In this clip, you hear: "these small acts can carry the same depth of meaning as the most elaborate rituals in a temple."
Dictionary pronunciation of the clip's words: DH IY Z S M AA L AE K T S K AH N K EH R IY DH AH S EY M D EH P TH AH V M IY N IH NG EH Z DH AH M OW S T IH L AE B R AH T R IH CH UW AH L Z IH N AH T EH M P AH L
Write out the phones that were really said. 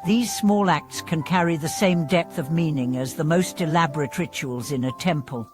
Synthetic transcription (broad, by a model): DH IY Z S M AA L AE K T S K AH N K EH R IY DH AH S EY M D EH P TH AH V M IY N IH NG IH Z DH AH M OW S T IH L AE B R AH T R IH CH UW AH L Z IH N AH T EH M P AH L